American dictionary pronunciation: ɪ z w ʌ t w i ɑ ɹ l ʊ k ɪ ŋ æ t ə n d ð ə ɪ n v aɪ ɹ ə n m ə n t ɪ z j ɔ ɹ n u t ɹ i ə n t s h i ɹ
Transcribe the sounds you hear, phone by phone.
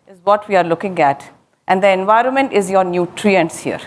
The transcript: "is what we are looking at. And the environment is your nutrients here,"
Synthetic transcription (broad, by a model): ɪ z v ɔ t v i ɑ ɹ l ʊ k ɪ ŋ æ t ə n d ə ɪ n v aɪ ɹ ə n m ə n t ɪ z j ɔ ɹ n u t ɹ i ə n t s h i ɹ